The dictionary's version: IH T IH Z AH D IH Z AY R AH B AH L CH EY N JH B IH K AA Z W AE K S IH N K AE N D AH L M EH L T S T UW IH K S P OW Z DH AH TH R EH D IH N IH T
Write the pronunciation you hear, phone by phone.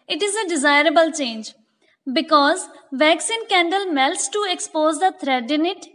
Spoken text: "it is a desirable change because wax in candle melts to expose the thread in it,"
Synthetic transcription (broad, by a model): IH T IH Z AH D IH Z AY R AH B AH L CH EY N JH B IH K AA Z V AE K S IH N K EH N D AH L M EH L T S T UW IH K S P OW Z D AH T R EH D IH N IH T